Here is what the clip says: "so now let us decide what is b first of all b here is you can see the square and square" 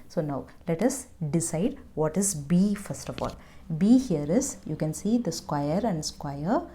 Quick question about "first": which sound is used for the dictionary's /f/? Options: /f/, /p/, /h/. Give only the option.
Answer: /f/